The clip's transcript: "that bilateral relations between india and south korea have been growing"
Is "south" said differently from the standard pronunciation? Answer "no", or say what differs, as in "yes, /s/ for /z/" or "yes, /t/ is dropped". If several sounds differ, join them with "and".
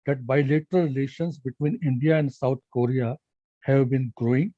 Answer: yes, /t/ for /θ/